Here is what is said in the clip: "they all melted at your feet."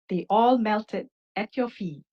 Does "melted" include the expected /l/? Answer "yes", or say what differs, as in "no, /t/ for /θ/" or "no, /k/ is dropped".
yes